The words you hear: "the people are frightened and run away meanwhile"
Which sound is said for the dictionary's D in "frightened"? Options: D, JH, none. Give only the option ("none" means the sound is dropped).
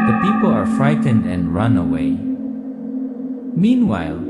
D